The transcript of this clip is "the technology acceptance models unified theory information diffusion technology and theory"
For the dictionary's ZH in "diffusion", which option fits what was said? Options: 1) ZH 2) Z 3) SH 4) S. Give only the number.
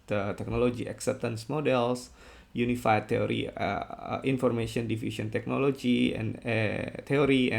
4